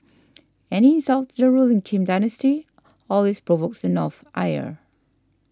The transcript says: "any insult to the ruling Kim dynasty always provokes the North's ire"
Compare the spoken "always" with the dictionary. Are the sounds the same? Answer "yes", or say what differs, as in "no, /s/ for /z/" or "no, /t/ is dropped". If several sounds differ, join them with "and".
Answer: no, /s/ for /z/